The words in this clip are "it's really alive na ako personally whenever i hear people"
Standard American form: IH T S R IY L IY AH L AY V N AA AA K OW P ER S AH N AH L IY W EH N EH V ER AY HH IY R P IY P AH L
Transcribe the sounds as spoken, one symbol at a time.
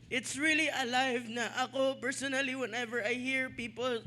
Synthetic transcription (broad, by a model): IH T S R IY L IY AH L AY V N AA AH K OW P ER S AH N AH L IY W EH N EH V ER AY HH IY R P IY P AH L